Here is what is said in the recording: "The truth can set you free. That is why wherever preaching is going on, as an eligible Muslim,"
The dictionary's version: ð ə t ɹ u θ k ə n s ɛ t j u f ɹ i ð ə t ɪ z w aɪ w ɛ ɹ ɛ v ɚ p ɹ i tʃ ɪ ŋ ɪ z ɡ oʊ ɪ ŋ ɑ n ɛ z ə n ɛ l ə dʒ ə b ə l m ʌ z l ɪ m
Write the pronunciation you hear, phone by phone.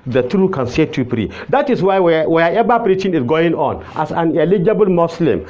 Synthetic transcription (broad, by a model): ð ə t ɹ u k ə n s ɛ t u p ɹ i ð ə t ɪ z w aɪ w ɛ w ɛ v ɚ p ɹ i tʃ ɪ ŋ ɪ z ɡ oʊ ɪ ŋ ɑ n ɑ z ə n ɛ l ə dʒ ə b ə l m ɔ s l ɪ m